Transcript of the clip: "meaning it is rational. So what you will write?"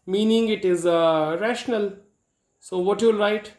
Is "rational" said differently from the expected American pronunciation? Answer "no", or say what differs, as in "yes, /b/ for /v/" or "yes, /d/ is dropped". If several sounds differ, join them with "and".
no